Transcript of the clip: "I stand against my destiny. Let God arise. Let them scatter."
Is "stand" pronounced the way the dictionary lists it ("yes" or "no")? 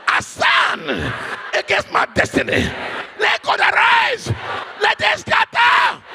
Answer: no